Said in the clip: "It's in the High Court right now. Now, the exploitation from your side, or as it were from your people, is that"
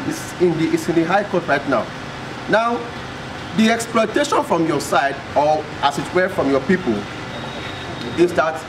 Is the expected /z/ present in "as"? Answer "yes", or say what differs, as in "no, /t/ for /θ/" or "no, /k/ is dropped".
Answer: no, /s/ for /z/